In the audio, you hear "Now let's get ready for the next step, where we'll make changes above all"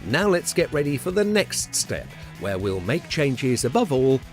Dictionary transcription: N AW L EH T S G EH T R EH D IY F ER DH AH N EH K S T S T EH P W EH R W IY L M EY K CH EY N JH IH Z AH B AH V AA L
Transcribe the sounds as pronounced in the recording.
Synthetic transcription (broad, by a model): N AW L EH T S G EH T R EH D IY F ER DH AH N EH K S T S T EH P W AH R W IY L M EY K CH EY N JH IH Z AH B AH V AA L